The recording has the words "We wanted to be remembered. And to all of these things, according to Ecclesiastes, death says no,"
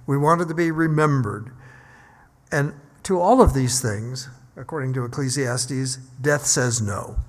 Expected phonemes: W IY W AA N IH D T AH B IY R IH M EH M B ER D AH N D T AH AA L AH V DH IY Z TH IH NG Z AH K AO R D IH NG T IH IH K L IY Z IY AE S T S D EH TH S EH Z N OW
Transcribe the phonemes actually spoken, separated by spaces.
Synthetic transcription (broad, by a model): W IY W AA N IH D T AH B IY R IH M EH M B ER D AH N T AH AA L AH V DH IY Z TH IH NG Z AH K AO R D IH NG T IH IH K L IY Z IY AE S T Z D EH TH S EH Z N OW